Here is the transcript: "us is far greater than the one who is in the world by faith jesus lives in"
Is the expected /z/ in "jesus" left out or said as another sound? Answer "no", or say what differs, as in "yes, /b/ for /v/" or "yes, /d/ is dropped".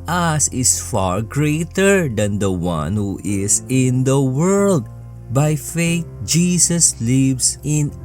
yes, /s/ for /z/